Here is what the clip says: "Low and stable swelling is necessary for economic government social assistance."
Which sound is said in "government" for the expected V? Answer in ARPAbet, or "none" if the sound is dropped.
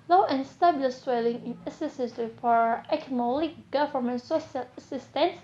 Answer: F